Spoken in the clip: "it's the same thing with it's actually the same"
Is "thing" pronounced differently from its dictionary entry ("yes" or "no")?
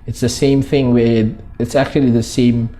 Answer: no